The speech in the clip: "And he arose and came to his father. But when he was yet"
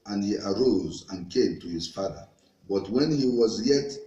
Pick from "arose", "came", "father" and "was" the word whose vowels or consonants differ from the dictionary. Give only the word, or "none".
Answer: none